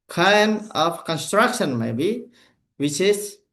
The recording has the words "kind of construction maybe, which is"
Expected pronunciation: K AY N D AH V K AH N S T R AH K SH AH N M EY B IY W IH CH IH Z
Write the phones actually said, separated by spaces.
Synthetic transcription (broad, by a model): K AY N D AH P K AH N S T R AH K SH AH N M EY B IY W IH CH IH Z